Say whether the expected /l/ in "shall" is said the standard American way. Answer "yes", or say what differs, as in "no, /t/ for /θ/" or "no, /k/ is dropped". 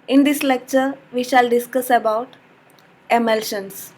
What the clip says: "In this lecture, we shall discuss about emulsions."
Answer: yes